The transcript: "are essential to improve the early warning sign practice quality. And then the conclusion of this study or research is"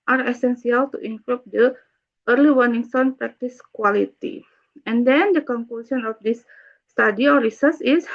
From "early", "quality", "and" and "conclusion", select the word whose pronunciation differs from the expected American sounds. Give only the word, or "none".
conclusion